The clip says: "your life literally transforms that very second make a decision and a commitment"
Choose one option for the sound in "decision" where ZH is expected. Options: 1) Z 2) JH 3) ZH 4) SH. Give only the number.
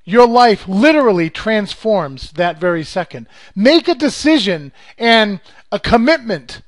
3